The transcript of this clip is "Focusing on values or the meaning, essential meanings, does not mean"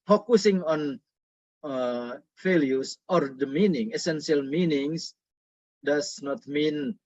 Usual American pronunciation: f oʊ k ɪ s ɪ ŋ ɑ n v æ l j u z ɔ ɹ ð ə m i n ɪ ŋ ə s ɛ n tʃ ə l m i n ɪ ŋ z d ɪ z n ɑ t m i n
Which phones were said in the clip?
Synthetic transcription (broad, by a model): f oʊ k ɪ s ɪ ŋ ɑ n f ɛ l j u s ɔ ɹ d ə m i n ɪ ŋ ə s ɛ n s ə l m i n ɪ ŋ s d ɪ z n ɑ t m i n